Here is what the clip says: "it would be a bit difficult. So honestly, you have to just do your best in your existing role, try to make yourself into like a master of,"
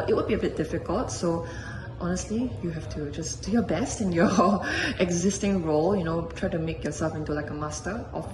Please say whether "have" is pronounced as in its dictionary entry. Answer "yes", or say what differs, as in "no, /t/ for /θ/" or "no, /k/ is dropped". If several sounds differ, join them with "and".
no, /f/ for /v/